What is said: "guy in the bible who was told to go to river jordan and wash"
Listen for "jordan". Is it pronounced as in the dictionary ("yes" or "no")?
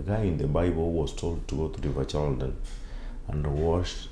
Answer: no